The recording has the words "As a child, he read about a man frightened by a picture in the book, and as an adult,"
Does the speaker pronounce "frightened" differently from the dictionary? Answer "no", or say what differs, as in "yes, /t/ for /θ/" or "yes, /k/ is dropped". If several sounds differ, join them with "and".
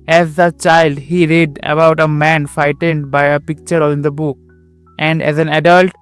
yes, /ɹ/ is dropped